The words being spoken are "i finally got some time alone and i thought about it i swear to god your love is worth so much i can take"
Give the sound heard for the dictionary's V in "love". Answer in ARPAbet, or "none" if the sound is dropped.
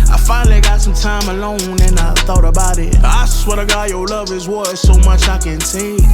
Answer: V